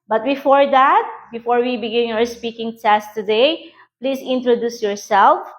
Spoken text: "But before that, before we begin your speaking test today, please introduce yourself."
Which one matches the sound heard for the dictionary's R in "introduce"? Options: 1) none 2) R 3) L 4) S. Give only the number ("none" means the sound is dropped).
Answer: 2